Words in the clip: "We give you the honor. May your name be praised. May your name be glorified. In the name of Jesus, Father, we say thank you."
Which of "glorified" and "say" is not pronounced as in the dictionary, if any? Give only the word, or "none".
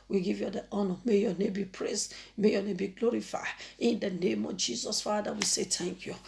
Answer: glorified